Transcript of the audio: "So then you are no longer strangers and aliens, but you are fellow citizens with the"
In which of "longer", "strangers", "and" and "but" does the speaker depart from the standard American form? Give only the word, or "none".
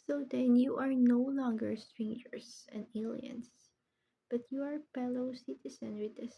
strangers